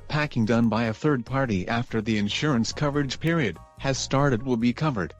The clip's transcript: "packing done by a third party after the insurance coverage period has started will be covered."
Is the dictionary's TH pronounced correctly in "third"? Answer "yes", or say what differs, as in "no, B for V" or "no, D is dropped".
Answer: yes